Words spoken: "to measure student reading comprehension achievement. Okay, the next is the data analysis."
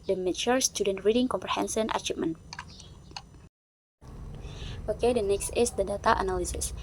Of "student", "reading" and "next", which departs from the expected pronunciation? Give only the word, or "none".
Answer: none